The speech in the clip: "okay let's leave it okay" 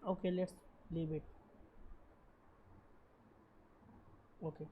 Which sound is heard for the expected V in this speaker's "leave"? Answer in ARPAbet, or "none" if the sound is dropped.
B